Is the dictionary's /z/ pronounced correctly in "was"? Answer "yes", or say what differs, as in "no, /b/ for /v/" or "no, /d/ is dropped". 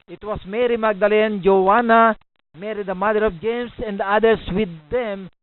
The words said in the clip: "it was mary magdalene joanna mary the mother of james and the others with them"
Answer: no, /s/ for /z/